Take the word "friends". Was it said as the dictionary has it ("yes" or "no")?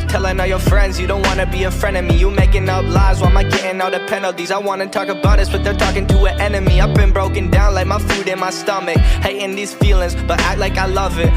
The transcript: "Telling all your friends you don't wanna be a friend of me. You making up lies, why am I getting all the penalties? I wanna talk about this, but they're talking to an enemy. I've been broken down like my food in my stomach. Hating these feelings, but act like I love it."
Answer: yes